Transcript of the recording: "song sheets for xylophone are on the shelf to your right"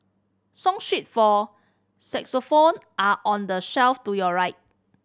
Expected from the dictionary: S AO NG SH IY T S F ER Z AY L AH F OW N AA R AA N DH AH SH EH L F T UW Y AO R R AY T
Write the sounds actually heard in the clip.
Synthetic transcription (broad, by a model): S AO NG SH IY T F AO S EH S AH F OW N AA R AA N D AH SH EH L F T UW Y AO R R AY T